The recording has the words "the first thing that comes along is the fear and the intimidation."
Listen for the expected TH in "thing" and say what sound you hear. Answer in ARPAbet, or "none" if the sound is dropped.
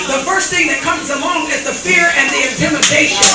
TH